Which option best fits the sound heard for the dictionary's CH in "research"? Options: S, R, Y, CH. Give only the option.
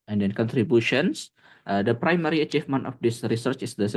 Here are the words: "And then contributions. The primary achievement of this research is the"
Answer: CH